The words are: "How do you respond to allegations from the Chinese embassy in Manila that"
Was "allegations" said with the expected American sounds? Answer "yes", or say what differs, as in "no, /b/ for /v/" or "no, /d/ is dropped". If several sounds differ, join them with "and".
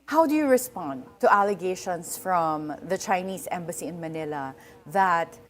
no, /s/ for /z/